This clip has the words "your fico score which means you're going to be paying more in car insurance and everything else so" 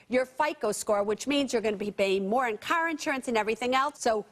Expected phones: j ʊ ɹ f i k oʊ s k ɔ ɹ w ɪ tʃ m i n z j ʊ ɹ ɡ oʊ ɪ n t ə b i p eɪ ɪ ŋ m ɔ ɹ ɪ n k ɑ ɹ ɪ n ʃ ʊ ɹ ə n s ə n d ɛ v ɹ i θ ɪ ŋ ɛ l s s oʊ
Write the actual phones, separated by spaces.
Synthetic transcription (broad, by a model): j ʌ ɹ f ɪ k oʊ s k ɔ ɹ w ɪ tʃ m i n z j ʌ ɹ ɡ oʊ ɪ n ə b i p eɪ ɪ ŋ m ɔ ɹ ɪ n k ɑ ɹ ɪ n ʃ ʊ ɹ ə n s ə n ɛ v ɹ i θ ɪ ŋ ɛ l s s oʊ